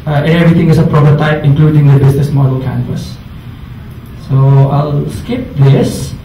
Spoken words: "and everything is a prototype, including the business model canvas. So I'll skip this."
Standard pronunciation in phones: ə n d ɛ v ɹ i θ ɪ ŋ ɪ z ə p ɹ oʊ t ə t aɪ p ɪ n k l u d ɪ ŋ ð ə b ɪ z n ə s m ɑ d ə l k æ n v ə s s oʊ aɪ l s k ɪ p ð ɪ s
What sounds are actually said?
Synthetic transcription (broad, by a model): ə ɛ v ɹ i t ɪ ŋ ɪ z ə p ɹ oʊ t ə t aɪ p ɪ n k l u d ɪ ŋ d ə b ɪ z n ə s m ɑ d ə l k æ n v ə s s oʊ aɪ l s k ɪ p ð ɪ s